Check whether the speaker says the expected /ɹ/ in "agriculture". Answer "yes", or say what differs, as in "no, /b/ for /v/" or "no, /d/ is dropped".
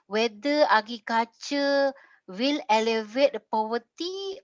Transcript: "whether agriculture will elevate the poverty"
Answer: no, /ɹ/ is dropped